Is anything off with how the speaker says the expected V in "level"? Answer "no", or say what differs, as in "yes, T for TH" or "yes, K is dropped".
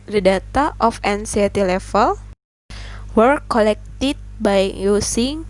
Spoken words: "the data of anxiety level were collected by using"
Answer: yes, F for V